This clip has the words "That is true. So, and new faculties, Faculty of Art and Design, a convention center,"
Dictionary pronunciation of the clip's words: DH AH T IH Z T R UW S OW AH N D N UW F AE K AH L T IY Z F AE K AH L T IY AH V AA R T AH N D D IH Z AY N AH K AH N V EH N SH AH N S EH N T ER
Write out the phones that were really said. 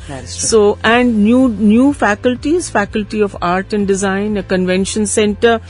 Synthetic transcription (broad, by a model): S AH T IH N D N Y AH N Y UW F AE K AH L T IY Z F AE K AH L T IY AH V AA R T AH N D D IH Z AY N AH K AH N V EH N SH AH N S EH N T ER